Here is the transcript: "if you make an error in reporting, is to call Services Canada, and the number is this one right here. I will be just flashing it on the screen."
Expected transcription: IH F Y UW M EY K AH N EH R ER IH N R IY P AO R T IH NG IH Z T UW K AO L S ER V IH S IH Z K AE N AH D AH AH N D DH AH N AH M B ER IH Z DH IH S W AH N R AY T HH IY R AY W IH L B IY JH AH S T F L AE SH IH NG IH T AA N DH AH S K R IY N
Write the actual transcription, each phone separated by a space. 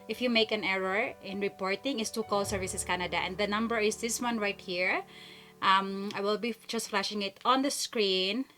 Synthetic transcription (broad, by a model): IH F Y UW M EY K AH N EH R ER IH N R IY P AO R T IH NG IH S T UW K AO L S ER V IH S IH S K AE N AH D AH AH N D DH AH N AH M B ER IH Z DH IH S W AH N R AY T HH IY R AY W IH L B IY JH AH S T F L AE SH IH NG IH T AA N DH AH S K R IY N